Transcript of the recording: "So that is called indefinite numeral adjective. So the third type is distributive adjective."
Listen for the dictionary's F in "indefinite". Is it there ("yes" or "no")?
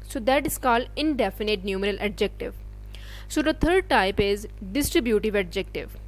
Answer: yes